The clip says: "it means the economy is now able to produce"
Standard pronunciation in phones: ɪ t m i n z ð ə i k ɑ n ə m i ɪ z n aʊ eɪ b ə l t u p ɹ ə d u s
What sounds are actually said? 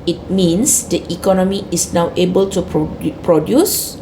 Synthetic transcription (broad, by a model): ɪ t m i n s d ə i k ɑ n ə m i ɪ s n aʊ eɪ b ə l t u p ɹ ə d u s